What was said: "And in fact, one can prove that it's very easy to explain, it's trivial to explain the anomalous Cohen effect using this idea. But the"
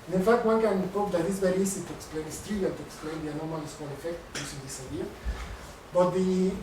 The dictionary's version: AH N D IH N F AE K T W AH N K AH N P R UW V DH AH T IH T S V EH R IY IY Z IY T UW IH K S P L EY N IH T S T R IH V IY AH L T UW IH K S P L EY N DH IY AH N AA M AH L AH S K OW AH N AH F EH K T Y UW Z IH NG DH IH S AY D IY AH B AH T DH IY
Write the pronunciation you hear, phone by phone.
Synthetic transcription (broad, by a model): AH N IH N F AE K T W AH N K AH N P AO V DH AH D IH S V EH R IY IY S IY T UW IH K S P L EY N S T IY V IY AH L T UW IH K S P L EY N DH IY AH N AA M AH L AH S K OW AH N AH F EH K T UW S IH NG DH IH S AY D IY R B AH T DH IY